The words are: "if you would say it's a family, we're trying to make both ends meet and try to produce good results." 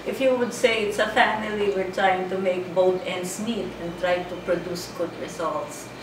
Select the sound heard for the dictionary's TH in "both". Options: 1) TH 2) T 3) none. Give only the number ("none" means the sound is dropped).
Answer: 2